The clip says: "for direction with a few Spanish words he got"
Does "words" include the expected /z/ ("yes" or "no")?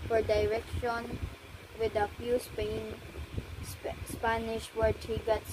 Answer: no